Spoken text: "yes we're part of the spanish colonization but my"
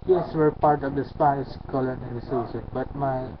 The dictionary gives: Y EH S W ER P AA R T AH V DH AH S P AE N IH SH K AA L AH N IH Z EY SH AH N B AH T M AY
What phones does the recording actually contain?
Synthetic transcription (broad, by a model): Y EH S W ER P AA R T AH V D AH S P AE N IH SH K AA L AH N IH S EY S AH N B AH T M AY